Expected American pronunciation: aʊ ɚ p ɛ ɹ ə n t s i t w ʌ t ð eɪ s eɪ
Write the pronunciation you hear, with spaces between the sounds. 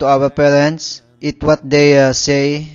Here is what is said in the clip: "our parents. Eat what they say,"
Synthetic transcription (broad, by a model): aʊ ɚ p ɛ ɹ ə n t s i t w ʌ t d eɪ s eɪ